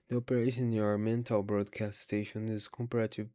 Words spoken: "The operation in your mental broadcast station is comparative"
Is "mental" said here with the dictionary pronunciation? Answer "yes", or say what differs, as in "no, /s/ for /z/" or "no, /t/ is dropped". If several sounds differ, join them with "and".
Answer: yes